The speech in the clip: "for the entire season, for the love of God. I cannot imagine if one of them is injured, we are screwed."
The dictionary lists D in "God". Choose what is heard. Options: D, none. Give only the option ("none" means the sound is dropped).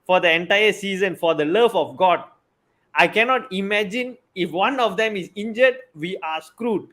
D